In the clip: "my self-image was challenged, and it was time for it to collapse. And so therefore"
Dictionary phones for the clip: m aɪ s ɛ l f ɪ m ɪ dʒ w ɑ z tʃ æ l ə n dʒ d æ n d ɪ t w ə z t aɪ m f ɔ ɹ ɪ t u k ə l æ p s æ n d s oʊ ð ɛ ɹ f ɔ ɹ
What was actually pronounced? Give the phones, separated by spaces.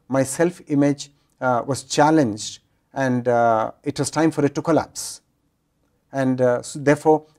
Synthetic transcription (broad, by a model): m aɪ s ɛ l f ɪ m ɪ dʒ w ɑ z tʃ æ l ə n dʒ d æ n d ɪ t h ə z t aɪ m f ɔ ɹ ɪ t u k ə l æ p s æ n d s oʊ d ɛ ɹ f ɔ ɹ